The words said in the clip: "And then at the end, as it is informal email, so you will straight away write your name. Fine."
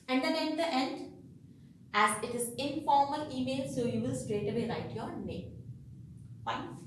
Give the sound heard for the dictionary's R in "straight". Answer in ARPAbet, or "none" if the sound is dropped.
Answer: R